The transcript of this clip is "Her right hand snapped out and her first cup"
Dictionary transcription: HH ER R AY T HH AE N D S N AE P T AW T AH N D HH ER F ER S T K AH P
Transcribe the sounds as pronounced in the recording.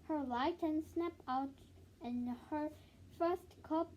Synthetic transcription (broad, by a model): HH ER L AY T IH N S N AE P AW T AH N HH ER F ER S T K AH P